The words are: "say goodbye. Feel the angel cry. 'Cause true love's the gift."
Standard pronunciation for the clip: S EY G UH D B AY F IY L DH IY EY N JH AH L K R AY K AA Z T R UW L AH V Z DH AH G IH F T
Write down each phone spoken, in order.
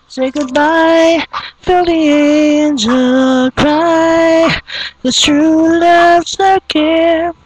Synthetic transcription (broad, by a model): S EY G UH D B AY F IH L DH IY EY N JH AH L K R AY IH T R UW L AH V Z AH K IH